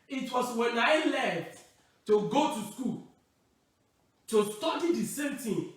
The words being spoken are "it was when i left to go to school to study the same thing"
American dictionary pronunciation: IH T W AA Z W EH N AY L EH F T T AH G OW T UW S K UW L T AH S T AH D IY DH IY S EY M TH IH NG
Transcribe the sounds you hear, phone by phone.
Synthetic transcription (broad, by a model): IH T W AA S W EH N AY L EH F T T AH G OW T UW S K UW L T AH S T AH D IY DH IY S EY M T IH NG